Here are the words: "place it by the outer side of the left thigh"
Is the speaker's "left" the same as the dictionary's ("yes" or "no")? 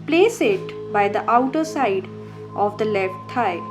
yes